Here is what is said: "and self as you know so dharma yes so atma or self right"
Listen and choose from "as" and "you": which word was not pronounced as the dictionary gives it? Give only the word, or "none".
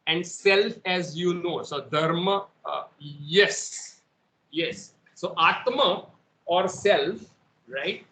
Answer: none